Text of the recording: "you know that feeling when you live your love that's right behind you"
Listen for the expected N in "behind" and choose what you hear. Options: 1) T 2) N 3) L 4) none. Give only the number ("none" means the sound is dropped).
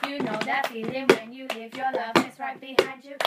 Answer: 4